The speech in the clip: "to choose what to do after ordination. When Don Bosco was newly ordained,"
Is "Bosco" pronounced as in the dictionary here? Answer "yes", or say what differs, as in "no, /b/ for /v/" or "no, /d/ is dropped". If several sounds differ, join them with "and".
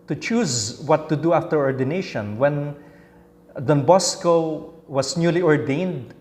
yes